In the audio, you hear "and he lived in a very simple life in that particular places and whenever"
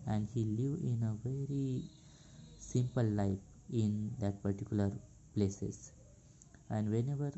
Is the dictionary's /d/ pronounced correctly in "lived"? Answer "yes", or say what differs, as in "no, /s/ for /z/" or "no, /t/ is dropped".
no, /d/ is dropped